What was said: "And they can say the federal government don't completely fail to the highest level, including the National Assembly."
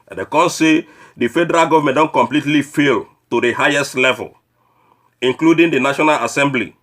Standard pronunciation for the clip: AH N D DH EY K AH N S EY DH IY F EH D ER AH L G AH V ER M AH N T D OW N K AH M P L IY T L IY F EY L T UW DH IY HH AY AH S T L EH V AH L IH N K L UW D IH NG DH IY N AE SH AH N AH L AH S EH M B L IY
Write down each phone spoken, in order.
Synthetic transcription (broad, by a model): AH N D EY K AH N S EY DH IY F EH D ER AH L G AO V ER M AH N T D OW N K AH M P L IY T L IY F EY L T UW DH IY HH AY AH S T L EH V AH L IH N K L UW D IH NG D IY N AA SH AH N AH L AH S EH M B L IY